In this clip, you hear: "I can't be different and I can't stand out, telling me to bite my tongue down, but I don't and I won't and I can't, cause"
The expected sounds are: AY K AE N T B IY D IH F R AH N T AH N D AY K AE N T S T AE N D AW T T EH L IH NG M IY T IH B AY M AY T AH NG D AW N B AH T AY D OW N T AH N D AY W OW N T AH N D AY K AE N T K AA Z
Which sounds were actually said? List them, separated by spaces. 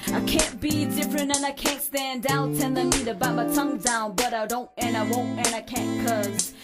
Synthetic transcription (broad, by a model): AY K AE N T B IY D IH F R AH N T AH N AY K AE N T S T AE N D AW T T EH N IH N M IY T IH B AY M AY T AH NG D AW N B AH T AY D OW N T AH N AY W OW N T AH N AY K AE N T K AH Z